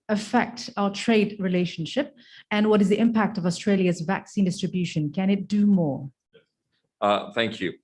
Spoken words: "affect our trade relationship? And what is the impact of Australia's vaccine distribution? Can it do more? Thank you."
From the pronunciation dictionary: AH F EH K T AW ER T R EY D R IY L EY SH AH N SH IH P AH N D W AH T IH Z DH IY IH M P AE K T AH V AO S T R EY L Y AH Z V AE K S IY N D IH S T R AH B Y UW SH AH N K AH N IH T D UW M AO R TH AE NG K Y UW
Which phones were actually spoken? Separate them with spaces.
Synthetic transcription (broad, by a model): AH F EH K T AW ER T R EY D R IY L EY SH AH N SH IH P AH N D W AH T IH Z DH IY IH M P AE K T AH V AO S T R EY L Y AH Z V AE K S IY N D IH S T R AH B Y UW SH AH N K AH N IH T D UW M AO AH TH AE NG K Y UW